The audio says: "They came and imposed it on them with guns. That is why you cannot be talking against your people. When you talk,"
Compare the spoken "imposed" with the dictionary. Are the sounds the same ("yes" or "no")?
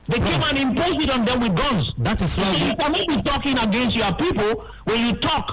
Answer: no